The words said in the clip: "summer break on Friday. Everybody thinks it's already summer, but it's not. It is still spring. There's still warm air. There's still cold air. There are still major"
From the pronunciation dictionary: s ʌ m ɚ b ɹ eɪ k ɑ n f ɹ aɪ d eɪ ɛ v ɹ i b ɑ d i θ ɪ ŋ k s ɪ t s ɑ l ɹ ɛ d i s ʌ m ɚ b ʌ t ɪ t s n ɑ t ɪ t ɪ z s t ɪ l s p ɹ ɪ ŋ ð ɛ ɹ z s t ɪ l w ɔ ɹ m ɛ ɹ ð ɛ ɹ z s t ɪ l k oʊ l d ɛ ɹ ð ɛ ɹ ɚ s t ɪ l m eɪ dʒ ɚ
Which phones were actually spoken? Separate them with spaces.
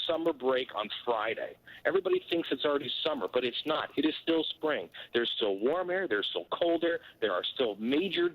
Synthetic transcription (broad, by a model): s ʌ m ɚ b ɹ eɪ k ɑ n f ɹ aɪ d eɪ ɛ v ɹ i b ɑ d i θ ɪ ŋ k s ɪ t s l ɹ ɛ d i s ʌ m ɚ b ʌ t ɪ t s n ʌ t ɪ t ɪ z s t ɪ l s p ɹ ɪ ŋ ð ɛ ɹ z s t ɪ l w ɔ ɹ m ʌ ɹ ð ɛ ɹ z s t ɪ l k oʊ l d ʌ ɹ ð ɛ ɹ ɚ s t ɪ l m eɪ dʒ ɚ